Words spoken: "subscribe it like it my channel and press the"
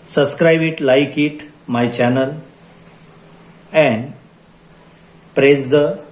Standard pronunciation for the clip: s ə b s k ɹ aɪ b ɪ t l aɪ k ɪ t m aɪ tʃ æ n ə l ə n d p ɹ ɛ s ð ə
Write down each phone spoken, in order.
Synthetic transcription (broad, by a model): s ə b s k ɹ aɪ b ɪ t l aɪ k ɪ t m aɪ tʃ æ n ə l ə n d p ɹ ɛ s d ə